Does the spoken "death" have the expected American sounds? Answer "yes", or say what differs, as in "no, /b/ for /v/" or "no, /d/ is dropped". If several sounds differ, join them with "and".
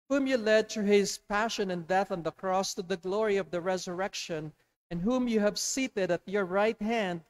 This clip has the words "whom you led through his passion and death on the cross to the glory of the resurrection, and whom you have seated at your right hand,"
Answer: yes